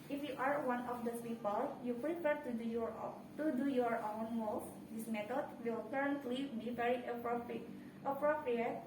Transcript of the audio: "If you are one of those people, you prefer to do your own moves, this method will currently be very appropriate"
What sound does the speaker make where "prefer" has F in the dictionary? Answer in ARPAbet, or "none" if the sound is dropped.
P